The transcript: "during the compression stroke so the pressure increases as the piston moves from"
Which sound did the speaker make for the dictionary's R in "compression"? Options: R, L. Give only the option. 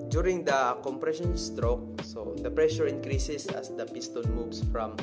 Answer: R